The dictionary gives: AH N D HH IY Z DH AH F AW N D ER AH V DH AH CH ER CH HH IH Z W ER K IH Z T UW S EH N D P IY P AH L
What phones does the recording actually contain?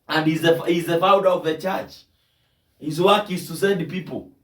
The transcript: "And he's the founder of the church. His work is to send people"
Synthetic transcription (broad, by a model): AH N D HH IY Z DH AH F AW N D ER AH V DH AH CH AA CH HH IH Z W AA K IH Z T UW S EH D P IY P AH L